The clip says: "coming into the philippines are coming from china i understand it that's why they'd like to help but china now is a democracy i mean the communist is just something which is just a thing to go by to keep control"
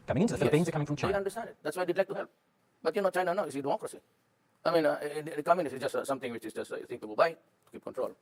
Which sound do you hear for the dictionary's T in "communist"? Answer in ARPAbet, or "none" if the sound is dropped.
none